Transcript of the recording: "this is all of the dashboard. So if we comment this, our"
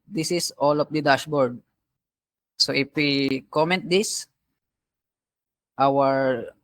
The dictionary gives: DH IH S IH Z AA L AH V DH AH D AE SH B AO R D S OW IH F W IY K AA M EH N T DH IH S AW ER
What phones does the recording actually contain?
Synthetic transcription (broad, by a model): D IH S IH S AA L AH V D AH D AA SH B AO R D S OW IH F W IY K AA M EH N T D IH S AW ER